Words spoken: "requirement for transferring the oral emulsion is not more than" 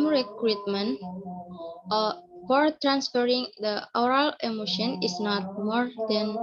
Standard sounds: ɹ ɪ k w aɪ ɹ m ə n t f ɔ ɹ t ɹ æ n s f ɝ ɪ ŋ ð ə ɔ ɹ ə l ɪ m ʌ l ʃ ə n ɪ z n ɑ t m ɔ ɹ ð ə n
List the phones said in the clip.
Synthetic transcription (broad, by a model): ɹ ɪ k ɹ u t m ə n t f ɔ ɹ t ɹ æ n s f ɝ ɪ ŋ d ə ɔ ɹ ə l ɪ m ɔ ʃ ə n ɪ s n ɑ t m ɔ ɹ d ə n